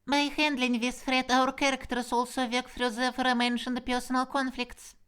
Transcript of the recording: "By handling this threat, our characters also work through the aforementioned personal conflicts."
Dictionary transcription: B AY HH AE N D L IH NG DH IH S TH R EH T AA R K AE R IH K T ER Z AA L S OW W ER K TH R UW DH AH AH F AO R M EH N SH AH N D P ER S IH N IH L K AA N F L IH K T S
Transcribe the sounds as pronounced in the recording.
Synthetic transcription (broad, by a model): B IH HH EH N D L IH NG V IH S F R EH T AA R K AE R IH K T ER S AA L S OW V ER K F R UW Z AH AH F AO R M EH N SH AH N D P ER S IH N IH L K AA N F L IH K T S